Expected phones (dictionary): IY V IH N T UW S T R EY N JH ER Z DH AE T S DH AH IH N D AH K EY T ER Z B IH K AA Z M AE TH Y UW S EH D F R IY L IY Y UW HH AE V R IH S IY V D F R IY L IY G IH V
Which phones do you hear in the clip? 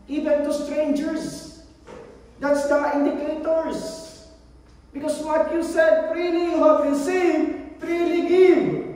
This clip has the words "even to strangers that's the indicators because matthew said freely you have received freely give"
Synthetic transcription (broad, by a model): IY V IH N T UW S T R EY N JH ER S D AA T S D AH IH N D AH K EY T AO S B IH K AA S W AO T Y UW S EH D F R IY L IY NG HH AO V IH S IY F R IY L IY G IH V